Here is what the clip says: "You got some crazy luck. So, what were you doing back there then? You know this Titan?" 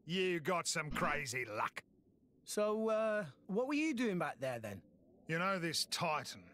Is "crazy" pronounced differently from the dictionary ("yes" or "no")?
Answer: no